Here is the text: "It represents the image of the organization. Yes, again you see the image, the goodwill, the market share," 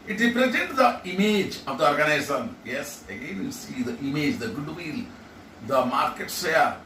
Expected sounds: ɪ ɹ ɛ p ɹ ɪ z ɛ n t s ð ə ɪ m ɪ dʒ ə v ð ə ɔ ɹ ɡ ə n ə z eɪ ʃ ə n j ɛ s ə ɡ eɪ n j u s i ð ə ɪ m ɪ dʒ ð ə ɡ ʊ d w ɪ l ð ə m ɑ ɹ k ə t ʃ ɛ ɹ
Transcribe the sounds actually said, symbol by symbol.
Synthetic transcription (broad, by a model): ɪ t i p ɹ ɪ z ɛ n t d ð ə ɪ m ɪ dʒ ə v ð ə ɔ ɹ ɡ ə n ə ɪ s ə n j ɛ s ə ɡ eɪ n j u s i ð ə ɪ m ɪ dʒ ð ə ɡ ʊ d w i l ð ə m ɑ ɹ k ə t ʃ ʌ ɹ